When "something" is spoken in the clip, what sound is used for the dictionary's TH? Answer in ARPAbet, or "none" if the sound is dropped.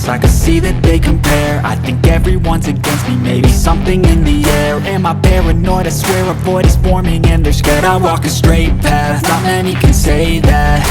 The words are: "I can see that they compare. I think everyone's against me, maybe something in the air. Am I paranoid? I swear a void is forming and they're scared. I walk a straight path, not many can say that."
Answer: TH